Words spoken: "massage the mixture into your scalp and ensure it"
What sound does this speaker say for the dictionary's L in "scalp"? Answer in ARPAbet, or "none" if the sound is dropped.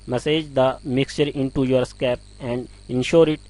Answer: none